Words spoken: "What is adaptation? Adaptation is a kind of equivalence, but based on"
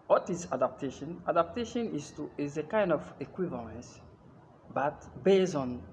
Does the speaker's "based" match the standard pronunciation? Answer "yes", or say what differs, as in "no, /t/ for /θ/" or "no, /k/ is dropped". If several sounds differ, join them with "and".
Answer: no, /t/ is dropped